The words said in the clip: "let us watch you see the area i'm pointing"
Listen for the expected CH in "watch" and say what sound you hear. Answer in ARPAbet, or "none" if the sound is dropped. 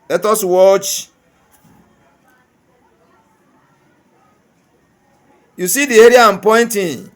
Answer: CH